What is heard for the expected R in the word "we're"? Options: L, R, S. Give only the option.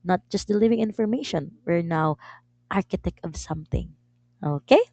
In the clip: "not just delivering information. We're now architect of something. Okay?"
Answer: R